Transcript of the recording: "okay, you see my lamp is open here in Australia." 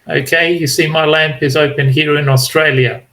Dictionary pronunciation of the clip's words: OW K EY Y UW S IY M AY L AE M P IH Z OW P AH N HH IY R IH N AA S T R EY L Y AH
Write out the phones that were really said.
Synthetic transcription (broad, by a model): OW K EY Y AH S IY M AY L AE M P IH Z OW P AH N HH IY R IH N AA S T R EY L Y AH